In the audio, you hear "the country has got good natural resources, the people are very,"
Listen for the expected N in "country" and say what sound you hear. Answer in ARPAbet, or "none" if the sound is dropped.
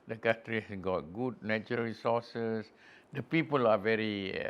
none